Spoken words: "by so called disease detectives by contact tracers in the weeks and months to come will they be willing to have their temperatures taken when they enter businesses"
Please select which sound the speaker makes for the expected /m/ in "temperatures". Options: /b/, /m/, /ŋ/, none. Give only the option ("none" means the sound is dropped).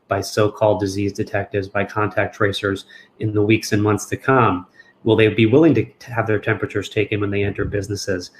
/m/